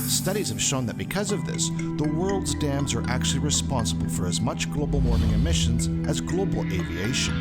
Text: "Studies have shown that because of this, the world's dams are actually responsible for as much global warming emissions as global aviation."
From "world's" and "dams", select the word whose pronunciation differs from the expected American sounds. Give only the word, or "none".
none